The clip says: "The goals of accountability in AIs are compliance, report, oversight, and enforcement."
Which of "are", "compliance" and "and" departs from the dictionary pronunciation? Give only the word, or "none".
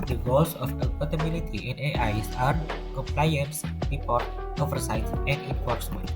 none